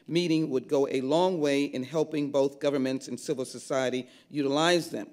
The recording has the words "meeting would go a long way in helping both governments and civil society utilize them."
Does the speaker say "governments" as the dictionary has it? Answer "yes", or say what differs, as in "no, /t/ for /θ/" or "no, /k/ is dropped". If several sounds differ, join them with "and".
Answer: yes